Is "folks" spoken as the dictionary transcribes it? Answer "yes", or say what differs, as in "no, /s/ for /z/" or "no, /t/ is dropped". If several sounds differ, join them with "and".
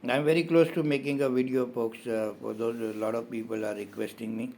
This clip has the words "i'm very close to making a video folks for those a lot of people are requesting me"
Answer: no, /p/ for /f/